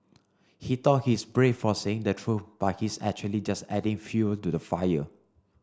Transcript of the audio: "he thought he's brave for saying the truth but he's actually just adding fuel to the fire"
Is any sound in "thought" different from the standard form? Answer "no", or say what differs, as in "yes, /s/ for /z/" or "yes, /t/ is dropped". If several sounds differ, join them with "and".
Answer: yes, /t/ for /θ/